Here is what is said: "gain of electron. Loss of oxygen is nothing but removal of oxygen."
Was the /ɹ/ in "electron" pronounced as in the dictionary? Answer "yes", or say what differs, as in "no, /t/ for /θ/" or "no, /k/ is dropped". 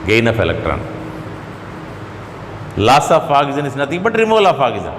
yes